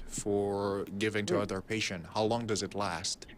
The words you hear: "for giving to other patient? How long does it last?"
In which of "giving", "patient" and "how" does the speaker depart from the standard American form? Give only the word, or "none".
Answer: none